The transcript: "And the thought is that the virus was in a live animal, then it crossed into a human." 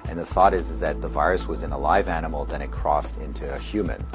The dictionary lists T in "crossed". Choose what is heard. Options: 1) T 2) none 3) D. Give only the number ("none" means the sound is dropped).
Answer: 1